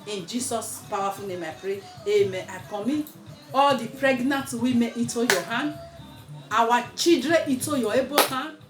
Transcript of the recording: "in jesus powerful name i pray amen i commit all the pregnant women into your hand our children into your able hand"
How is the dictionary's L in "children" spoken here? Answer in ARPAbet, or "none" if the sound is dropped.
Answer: none